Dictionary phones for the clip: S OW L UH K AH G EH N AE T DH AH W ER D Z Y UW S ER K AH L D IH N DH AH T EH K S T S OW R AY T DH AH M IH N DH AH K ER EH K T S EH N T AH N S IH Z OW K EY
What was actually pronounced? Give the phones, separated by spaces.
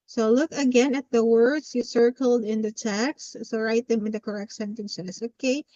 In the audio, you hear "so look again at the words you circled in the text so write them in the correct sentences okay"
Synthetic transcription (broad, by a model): S OW L UH K AH G EH N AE T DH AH W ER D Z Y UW S ER K AH L D IH N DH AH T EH K S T S OW R AY T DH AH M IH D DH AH K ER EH K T S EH N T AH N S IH S OW K EY